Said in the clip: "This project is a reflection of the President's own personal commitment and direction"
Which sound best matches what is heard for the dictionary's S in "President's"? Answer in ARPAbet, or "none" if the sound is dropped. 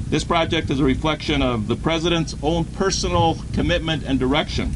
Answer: S